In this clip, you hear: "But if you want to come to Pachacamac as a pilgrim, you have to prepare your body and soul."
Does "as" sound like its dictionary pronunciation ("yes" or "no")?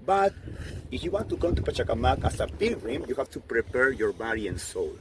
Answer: no